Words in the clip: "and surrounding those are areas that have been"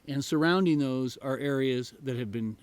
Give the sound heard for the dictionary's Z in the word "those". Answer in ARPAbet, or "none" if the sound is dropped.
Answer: Z